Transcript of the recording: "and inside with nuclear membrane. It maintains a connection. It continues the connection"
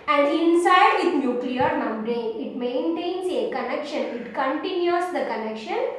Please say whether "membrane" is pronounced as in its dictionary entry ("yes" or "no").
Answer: no